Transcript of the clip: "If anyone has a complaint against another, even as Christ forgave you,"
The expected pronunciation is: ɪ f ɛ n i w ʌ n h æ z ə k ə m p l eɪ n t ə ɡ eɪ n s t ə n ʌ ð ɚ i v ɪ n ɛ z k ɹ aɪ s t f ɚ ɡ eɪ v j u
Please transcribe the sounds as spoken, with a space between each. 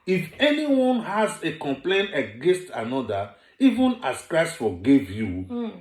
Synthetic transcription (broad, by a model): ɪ f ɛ n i w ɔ n h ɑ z ə k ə m p l eɪ n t ə ɡ eɪ n s t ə n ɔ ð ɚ i v ɪ n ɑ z k ɹ aɪ s t f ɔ ɡ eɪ v j u